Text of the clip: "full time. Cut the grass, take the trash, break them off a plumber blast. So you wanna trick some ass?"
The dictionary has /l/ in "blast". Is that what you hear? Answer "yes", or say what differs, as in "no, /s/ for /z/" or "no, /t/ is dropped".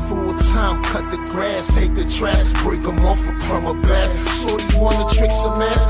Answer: no, /l/ is dropped